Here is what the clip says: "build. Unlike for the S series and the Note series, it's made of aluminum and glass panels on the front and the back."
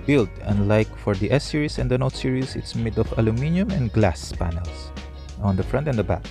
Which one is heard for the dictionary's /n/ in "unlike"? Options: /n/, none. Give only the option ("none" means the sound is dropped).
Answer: /n/